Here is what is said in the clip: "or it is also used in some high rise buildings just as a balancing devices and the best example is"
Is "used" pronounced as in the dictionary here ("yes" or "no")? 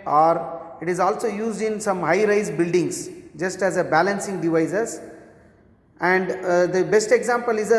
yes